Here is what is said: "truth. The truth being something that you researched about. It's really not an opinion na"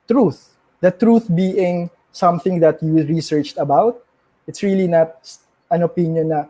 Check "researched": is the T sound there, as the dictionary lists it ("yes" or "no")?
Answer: yes